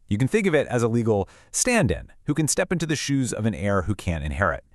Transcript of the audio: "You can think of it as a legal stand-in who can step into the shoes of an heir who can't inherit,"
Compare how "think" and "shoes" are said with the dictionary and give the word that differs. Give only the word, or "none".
none